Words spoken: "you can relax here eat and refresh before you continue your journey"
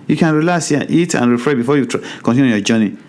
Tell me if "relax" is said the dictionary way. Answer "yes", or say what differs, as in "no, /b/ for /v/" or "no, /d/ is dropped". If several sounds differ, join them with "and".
no, /k/ is dropped